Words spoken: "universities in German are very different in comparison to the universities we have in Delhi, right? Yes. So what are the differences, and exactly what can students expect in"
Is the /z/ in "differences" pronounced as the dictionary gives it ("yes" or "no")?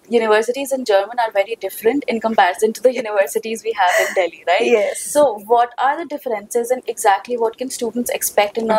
yes